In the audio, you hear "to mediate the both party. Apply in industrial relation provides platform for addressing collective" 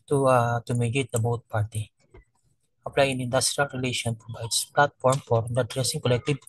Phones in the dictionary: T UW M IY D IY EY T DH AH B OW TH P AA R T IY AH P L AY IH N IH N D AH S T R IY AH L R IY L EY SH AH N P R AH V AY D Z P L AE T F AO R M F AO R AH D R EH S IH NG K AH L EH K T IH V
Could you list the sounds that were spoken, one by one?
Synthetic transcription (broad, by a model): T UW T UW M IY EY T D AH B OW T P AA R T IY AH P L AY IH N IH N D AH S T R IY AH L R IY L EY SH AH N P R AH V AY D S P L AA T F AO R M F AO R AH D R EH S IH NG K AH L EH K T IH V